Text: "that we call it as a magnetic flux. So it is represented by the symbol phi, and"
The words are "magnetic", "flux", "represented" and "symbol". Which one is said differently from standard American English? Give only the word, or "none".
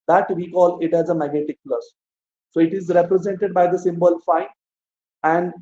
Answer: flux